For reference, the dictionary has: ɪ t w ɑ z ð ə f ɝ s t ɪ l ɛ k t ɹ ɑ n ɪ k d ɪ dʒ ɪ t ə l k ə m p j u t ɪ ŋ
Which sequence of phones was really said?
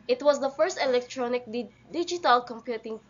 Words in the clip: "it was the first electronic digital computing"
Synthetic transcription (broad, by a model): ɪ t w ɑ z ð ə f ɝ s t ɪ l ɛ k t ɹ ɑ n ɪ k d ɪ dʒ ɪ t ə l k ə m p j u t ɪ ŋ